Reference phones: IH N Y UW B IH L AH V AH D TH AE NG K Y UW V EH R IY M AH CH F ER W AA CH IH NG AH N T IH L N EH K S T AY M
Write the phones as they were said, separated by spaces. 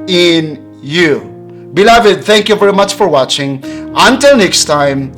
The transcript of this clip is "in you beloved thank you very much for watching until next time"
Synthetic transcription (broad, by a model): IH N Y UW B IH L AH V AH D TH AE NG K Y UW V EH R IY M AH CH F ER W AA CH IH NG AH N T IH L N EH K S T AY M